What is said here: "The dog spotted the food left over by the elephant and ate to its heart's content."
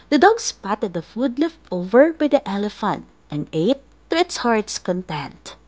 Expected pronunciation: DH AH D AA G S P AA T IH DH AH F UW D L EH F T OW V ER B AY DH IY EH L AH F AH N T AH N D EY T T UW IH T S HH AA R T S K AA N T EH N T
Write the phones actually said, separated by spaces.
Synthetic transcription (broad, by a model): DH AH D AA G S P AA T IH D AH F UW D L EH F T OW V ER B AY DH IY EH L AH F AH N T AH N D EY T T UW IH T S HH AA R T S K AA N T EH N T